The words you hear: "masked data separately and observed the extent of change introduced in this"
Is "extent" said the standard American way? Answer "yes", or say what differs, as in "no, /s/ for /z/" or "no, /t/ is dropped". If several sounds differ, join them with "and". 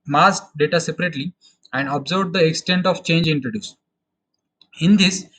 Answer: yes